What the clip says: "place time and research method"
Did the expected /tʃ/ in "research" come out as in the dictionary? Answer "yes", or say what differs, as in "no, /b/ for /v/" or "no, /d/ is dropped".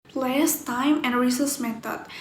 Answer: no, /s/ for /tʃ/